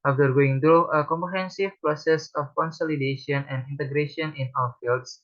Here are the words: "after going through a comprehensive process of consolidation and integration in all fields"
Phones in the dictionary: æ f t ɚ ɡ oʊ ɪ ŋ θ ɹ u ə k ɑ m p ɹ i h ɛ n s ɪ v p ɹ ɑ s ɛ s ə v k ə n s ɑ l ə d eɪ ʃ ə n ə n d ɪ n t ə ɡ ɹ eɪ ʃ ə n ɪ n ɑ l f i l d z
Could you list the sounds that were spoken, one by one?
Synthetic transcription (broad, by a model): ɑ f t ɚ ɡ oʊ ɪ ŋ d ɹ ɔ ə k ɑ m p ɹ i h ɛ n s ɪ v p ɹ ɑ s ɛ s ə f k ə n s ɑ l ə d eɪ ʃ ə n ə n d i n t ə ɡ ɹ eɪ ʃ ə n ɪ n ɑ w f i l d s